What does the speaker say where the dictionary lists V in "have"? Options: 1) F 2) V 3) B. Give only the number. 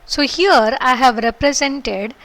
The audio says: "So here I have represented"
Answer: 2